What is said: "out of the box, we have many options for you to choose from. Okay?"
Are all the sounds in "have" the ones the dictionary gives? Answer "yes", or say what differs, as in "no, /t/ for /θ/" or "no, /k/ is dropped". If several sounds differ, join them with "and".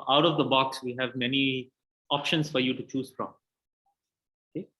yes